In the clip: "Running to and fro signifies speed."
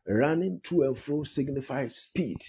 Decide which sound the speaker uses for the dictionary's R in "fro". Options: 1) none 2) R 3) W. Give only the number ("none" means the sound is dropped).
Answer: 2